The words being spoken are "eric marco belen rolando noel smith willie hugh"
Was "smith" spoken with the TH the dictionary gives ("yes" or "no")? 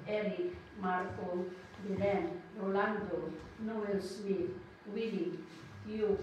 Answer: no